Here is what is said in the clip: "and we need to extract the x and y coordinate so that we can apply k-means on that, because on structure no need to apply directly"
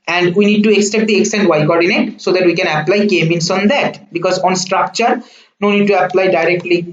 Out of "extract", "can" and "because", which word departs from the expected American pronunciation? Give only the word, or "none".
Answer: extract